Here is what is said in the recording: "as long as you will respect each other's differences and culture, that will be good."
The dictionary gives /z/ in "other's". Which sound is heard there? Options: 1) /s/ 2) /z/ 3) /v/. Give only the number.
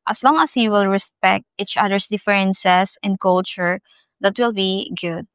1